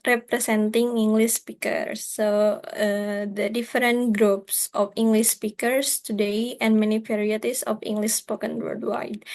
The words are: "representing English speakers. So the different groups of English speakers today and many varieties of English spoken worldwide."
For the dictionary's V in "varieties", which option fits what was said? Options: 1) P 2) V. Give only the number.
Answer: 1